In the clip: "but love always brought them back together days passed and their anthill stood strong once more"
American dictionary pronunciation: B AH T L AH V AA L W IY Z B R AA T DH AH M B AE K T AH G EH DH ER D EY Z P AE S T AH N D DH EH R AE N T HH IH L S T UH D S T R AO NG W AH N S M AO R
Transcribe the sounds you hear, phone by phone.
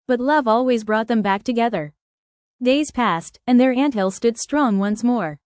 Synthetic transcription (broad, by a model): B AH T L AH V AA L W IY Z B R AA T DH AH M B AE K T AH G EH DH ER D EY Z P AE S T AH N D DH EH R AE N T HH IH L S T UH D S T R AO NG W AH N S M AO R